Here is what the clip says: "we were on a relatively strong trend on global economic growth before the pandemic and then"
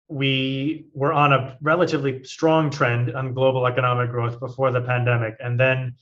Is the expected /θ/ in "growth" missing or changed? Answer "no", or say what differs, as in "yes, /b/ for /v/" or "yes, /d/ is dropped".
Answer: no